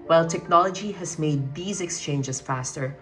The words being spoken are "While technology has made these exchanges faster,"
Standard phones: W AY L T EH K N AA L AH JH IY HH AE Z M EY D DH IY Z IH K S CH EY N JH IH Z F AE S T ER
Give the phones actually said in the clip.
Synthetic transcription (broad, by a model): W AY L T EH K N AA L AH JH IY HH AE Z M EY D DH IY Z IH K S CH EY N JH IH Z F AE S T ER